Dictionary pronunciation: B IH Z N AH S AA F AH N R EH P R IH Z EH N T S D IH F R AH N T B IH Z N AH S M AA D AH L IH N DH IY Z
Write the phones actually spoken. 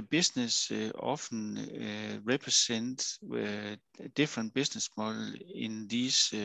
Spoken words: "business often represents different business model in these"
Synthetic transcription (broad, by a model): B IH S N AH S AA F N R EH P R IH S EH N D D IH F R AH N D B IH S N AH S M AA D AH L IH N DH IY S